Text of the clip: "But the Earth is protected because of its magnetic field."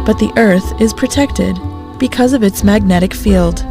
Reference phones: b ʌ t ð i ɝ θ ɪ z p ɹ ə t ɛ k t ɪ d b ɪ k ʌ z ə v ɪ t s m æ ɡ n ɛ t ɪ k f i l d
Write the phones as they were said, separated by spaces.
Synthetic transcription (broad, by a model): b ʌ t ð i ɝ θ ɪ z p ɹ ə t ɛ k t ɪ d b ɪ k ʌ z ə v ɪ t s m æ ɡ n ɛ t ɪ k f i l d